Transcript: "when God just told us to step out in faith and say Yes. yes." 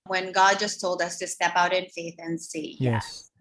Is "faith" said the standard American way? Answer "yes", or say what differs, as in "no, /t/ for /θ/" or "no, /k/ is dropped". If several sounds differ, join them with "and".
yes